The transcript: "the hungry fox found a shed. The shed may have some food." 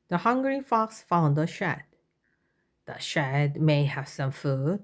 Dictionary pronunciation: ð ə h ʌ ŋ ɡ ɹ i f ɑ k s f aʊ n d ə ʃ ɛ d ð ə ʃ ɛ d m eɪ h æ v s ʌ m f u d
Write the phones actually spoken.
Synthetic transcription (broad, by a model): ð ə h ʌ ŋ ɡ ɹ i f ɑ k s f aʊ n d ə ʃ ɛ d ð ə ʃ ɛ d m eɪ h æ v s ʌ m f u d